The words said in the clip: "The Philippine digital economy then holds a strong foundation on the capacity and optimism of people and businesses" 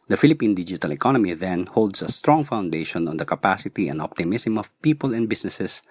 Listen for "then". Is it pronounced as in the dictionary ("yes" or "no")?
yes